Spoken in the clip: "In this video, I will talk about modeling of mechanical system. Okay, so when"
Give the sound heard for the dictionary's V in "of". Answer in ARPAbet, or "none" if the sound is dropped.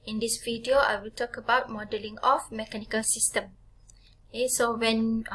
F